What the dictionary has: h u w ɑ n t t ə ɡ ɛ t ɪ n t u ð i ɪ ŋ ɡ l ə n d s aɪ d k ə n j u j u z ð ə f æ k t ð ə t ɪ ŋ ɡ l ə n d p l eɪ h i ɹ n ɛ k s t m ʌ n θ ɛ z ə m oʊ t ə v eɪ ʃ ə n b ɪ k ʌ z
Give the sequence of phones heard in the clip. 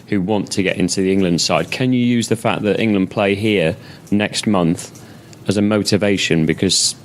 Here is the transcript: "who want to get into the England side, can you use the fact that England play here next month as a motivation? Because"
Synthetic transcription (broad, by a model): h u w ɑ n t t ə ɡ ɛ t ɪ n t u ð i ɪ ŋ ɡ l ə n d s aɪ d k ə n j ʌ j u z ð ə f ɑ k ð ə t ɪ ŋ ɡ l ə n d p l eɪ h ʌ ɹ n ɛ k s t m ʌ n θ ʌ z ə m oʊ t ə v eɪ ʃ ə n b ɪ k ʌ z